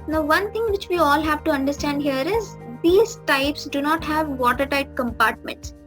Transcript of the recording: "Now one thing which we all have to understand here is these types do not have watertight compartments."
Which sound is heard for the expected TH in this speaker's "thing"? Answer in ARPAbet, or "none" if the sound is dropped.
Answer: T